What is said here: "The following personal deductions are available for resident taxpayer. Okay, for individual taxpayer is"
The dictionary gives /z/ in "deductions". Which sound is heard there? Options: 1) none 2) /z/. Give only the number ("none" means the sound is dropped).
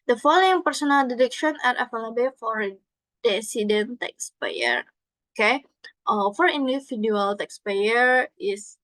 1